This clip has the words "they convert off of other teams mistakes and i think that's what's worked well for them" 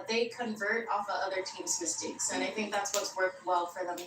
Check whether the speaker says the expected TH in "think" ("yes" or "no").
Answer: yes